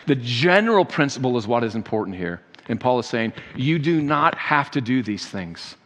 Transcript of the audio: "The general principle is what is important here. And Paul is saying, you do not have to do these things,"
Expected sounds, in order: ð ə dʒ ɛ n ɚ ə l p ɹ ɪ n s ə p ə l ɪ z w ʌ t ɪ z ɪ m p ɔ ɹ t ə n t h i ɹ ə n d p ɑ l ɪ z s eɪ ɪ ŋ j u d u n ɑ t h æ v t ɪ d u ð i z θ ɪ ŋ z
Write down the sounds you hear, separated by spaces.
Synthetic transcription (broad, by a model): ð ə dʒ ɛ n ɚ l p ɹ ɪ n s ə p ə l ɪ z w ʌ t ɪ z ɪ m p ɔ ɹ t n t h i ɹ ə n p ɑ l ɪ z s eɪ ɪ ŋ j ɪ d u n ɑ t h æ f t ɪ d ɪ ð i z θ ɪ ŋ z